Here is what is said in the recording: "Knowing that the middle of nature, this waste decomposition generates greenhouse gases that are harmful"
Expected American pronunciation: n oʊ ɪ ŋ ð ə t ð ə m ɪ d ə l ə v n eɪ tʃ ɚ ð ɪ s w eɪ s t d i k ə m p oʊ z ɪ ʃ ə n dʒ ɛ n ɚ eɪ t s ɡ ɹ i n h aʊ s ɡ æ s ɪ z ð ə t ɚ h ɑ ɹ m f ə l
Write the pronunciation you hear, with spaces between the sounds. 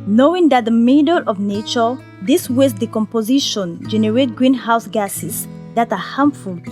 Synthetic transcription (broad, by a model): n oʊ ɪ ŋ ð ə t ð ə m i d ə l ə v n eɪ tʃ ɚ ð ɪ s w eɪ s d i k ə m p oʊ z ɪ ʃ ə n dʒ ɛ n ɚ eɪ t ɡ ɹ i n h aʊ s ɡ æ s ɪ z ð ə t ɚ h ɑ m f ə l